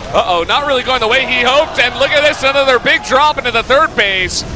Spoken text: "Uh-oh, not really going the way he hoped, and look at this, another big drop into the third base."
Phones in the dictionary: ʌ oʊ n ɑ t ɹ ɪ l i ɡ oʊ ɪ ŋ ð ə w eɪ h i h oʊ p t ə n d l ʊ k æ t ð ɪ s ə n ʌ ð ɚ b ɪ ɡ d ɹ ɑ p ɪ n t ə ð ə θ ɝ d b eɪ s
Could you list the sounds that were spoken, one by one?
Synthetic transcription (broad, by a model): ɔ oʊ n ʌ t ɹ ɪ l i ɡ oʊ ɪ ŋ ð ə w eɪ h i h oʊ p t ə n l ʊ k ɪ t ð ɪ s ə n ʌ ð ɚ b ɪ ɡ d ɹ ɑ p ɪ n t ə ð ə θ ɝ d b eɪ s